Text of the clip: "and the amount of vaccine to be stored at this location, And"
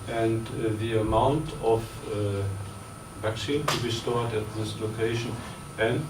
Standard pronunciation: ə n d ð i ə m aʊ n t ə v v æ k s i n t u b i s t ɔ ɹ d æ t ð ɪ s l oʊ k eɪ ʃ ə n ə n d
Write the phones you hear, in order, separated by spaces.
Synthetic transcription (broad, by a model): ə n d ð i ə m aʊ n t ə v v æ k s i n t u b i s t ɔ ɹ d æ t ð ɪ s l oʊ k eɪ ʃ ə n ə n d